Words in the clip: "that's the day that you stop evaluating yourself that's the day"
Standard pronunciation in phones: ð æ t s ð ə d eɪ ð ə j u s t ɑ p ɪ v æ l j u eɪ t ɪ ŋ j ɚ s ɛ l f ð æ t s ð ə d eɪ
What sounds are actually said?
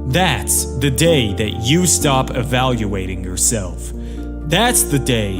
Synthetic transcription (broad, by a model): ð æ t s ð ə d eɪ ð ə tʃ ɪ s t ɑ p ɪ v æ l j u eɪ t ɪ ŋ j ɚ s ɛ l f ð æ t s ð ə d eɪ